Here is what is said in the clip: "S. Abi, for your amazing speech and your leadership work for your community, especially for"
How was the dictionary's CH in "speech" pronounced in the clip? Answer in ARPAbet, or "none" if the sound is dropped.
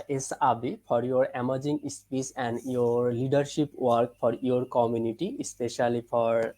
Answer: S